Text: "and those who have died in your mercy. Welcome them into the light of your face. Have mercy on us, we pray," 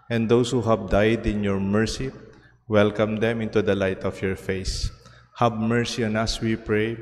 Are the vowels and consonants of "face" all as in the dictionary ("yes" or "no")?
yes